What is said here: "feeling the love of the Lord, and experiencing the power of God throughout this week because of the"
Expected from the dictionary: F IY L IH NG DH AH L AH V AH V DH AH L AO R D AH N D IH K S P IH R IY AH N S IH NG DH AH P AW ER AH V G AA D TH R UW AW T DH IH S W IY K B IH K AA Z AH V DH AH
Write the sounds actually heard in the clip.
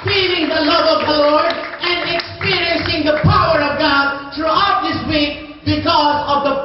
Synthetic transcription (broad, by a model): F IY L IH NG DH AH L AH V AH V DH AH L AO R D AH N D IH K S P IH R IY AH N S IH NG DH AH P AW ER AH V G AA D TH R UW AW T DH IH S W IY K B IH K AA Z AH V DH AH